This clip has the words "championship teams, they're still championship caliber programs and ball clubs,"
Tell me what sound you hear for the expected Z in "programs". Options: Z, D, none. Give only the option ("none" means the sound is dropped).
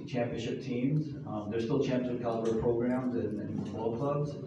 Z